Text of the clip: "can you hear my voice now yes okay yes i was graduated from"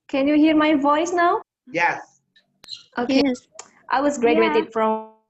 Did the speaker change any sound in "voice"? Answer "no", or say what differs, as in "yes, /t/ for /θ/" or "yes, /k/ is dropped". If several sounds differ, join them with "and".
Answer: no